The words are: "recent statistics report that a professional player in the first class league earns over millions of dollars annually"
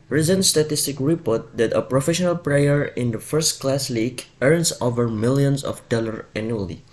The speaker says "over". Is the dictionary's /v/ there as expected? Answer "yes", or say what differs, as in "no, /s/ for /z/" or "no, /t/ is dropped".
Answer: yes